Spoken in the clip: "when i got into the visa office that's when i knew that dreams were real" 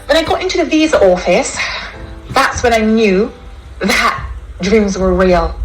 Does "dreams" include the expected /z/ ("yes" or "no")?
yes